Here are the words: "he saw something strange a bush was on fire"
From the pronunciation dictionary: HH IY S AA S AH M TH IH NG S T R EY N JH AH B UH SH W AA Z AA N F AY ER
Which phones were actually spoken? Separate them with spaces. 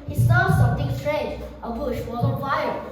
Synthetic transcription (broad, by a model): HH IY S AA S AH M T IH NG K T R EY JH AH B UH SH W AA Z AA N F AY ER